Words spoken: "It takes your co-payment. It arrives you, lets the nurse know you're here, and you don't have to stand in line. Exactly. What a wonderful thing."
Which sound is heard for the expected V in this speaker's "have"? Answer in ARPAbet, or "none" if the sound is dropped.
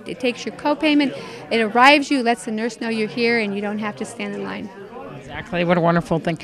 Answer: F